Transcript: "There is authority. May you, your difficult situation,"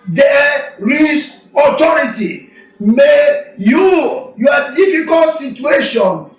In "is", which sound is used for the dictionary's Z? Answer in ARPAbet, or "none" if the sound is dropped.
S